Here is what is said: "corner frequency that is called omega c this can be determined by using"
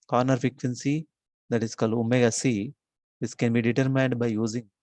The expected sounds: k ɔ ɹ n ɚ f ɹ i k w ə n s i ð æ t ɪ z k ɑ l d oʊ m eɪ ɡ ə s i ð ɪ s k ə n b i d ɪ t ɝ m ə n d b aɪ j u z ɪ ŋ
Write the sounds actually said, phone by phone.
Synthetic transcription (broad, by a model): k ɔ ɹ n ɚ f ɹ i k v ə n s i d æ t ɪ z k ɑ l d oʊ m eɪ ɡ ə s i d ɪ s k ə n b i d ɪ t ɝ m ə n d b aɪ j u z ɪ ŋ